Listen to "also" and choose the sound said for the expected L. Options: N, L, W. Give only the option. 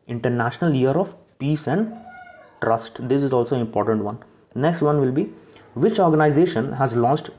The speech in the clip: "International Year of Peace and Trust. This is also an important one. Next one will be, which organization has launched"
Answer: L